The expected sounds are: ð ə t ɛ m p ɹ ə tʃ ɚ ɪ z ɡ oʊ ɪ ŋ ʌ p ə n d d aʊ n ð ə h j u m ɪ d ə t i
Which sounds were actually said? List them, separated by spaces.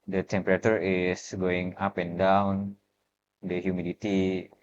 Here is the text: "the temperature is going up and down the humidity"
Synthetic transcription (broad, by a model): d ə t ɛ m p ɹ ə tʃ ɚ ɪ s ɡ oʊ ɪ ŋ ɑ p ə n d d aʊ n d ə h j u m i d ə t i